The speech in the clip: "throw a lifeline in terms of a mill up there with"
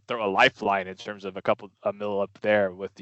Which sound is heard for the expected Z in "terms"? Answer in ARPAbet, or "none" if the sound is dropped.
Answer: Z